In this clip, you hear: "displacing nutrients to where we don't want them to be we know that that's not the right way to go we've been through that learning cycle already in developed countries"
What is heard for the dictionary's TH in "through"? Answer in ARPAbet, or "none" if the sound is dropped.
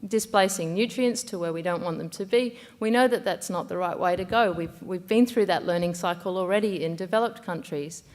TH